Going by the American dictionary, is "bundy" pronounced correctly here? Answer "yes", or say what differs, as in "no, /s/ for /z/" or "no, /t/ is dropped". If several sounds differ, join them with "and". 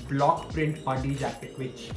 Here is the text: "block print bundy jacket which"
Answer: no, /n/ is dropped